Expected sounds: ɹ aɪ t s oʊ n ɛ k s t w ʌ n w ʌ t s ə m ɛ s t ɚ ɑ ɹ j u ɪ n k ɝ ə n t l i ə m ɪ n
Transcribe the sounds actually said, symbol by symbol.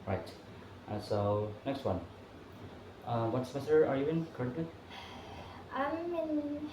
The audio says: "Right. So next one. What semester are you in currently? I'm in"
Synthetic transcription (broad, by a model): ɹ aɪ t s oʊ n ɛ k s t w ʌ n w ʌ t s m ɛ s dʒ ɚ ɑ ɹ j u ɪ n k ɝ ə t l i ə m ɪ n